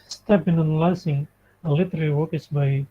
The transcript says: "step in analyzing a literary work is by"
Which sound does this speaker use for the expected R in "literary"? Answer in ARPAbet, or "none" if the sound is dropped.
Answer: L